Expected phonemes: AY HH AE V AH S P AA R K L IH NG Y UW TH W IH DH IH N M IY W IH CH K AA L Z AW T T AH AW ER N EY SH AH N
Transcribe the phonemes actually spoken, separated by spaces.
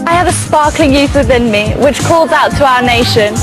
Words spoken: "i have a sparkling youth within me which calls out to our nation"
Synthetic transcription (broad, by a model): AY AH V AH S P AA K L IH NG Y UW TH W IH DH IH N M IY W IH CH K AA L Z AW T T AH AW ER N EY SH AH N